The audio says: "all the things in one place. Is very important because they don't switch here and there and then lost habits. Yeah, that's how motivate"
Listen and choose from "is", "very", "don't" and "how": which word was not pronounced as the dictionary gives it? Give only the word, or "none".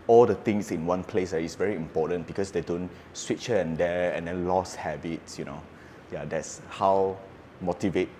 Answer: is